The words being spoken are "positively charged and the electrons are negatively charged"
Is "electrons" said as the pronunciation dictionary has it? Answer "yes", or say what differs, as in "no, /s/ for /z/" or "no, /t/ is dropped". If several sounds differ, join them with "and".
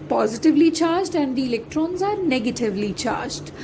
yes